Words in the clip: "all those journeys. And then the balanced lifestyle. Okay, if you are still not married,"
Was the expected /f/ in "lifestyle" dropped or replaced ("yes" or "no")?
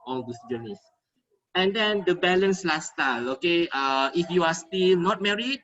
yes